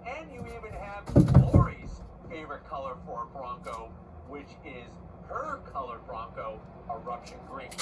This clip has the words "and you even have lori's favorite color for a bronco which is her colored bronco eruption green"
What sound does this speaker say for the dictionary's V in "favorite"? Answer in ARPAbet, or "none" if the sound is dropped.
V